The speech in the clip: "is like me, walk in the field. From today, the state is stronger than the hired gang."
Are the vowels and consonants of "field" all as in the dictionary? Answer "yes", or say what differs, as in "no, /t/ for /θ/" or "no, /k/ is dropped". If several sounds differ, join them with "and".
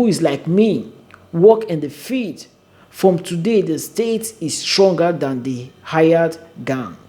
no, /l/ is dropped